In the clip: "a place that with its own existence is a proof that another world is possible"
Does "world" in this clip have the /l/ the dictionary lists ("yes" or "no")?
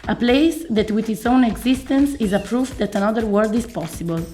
no